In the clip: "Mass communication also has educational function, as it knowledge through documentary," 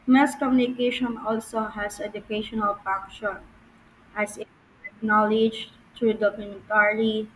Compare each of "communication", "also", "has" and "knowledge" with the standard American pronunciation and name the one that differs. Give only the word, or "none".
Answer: has